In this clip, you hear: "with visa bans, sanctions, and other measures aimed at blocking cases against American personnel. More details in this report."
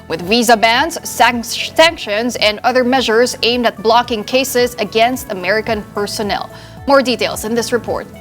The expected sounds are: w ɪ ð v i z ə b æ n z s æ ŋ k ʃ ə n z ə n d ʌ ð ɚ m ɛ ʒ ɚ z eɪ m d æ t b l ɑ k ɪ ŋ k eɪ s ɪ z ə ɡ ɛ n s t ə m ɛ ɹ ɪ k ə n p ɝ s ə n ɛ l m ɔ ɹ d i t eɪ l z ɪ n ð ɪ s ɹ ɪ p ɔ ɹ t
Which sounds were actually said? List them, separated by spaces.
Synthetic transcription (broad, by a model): w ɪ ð v i z ə b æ n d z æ ŋ k ʃ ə n z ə n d ʌ ð ɚ m ɛ ʒ ɚ z eɪ m d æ t b l ɑ k ɪ ŋ k eɪ s ɪ z ə ɡ ɛ n s t ə m ɛ ɹ ɪ k ə n p ɝ s ə n ɛ l m ɔ ɹ d i t eɪ l z ɪ n ð ɪ s ɹ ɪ p ɔ ɹ t